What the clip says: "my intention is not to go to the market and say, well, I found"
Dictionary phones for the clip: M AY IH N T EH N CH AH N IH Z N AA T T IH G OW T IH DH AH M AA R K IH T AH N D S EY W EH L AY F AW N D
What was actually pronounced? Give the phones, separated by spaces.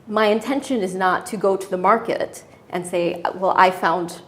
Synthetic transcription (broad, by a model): M AY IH N T EH N SH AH N IH Z N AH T T IH G OW T IH DH AH M AA R K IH T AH N S EY W EH L AY F AW N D